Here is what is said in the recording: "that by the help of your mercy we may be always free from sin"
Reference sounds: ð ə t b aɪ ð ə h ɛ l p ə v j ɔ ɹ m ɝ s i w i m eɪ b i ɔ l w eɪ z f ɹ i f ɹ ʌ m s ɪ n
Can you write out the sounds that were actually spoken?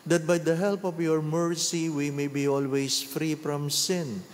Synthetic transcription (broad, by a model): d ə t b aɪ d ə h ɛ l p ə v j ɔ ɹ m ɝ s i w i m eɪ b i ɔ l w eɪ s f ɹ i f ɹ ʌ m s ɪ n